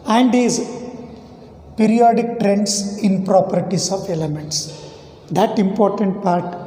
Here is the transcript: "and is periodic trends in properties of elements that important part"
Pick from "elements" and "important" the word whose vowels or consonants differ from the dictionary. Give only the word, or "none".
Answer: none